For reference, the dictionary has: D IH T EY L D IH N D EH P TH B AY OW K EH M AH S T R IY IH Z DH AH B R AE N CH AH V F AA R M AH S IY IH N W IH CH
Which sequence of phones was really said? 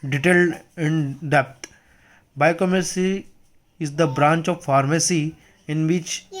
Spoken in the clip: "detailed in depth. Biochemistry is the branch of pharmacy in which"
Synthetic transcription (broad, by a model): D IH T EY L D IH N D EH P T B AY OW K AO M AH T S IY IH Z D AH B R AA N CH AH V F AA R M AH S IY IH N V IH CH